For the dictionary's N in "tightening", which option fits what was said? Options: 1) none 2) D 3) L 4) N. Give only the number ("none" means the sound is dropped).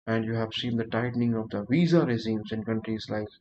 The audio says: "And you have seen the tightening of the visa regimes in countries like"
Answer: 4